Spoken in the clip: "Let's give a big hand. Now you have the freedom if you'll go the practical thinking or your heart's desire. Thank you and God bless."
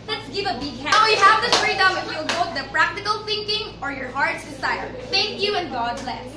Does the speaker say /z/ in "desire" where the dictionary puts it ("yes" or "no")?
no